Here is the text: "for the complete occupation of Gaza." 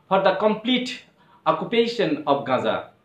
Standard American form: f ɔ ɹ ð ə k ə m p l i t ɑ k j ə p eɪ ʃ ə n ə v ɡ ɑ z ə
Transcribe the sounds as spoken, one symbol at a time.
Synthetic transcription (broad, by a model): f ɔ ɹ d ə k ə m p l i t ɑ k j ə p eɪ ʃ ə n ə p ɡ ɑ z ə